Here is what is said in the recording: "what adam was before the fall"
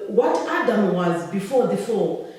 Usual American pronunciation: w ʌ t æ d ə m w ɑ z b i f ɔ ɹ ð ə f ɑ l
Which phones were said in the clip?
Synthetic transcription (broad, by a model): w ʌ t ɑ d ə m w ɑ z b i f ɔ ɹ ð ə f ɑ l